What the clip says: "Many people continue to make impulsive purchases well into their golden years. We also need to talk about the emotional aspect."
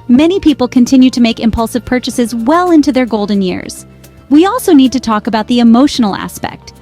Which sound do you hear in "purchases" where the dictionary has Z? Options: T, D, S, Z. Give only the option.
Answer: Z